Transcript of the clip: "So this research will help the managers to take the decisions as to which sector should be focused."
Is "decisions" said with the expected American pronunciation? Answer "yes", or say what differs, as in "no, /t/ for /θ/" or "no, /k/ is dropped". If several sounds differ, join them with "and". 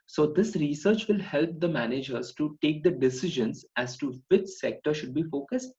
yes